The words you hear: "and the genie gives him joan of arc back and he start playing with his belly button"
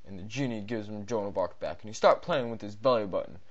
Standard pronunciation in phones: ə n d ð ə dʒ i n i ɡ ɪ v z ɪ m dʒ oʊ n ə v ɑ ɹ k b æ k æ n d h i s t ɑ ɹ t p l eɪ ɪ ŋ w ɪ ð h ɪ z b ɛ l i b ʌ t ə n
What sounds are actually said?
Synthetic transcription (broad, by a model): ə n ð ə dʒ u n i ɡ ɪ v z ɪ m dʒ oʊ n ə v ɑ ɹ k b æ k n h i s t ɑ ɹ t p l eɪ ɪ ŋ w ɪ ð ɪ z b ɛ l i b ʌ t n